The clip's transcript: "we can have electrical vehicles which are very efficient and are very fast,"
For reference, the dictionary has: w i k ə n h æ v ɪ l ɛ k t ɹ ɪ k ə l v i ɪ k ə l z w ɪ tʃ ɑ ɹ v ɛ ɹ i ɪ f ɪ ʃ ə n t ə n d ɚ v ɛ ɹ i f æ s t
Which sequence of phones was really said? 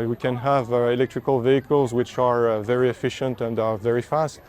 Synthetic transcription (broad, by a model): w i k ə n h æ v ɪ l ɛ k t ɹ ɪ k ə l v i ɪ k ə l z w ɪ tʃ ɑ ɹ v ɛ ɹ i ɪ f ɪ ʃ ə n t ə n d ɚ v ɛ ɹ i f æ s t